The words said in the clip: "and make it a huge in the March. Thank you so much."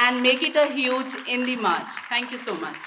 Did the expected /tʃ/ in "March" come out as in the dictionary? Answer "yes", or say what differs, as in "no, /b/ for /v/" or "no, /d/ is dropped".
yes